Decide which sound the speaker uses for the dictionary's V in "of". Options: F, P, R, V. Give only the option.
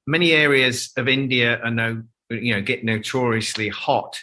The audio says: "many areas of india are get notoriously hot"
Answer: V